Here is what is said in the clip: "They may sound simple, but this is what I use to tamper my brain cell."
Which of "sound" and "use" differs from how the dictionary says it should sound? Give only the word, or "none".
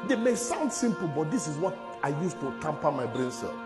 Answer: none